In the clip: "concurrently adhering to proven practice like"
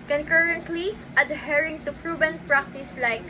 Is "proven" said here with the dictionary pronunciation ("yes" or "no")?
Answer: no